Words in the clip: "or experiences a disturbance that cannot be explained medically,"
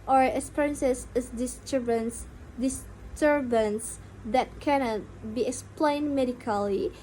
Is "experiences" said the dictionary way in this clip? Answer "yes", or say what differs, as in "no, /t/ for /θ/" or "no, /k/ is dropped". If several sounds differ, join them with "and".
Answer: no, /k/ is dropped and /s/ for /z/